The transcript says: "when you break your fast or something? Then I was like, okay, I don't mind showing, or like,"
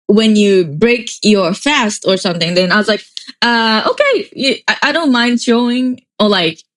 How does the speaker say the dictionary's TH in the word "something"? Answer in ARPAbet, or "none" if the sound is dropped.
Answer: TH